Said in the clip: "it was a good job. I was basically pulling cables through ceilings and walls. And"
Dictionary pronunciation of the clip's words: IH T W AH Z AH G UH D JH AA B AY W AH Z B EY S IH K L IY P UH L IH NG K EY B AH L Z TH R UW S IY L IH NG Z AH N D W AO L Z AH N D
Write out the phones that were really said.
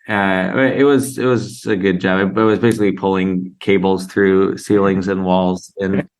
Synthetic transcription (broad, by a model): IH T W AH Z AH G UH D JH AA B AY W AH Z B EY S IH K L IY P UH L IH NG K EY B L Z TH R UW S IY L IH NG Z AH N W AO L Z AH N